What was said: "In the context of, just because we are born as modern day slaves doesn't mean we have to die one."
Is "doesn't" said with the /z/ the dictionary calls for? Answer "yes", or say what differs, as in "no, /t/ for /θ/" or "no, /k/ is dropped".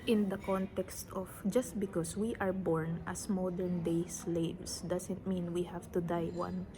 no, /s/ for /z/